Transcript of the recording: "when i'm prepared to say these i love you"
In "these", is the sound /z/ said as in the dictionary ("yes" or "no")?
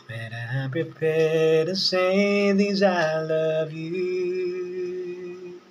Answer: yes